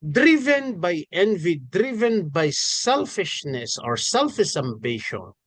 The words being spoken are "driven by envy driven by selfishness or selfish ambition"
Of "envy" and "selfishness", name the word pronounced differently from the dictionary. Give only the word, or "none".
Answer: none